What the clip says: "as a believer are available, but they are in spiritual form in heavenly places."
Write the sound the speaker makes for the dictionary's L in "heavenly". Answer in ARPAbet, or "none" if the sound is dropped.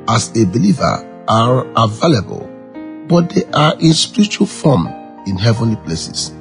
L